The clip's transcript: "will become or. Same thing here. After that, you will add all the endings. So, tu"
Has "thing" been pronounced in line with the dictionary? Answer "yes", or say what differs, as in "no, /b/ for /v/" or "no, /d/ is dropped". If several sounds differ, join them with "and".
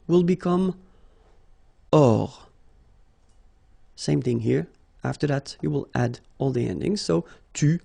yes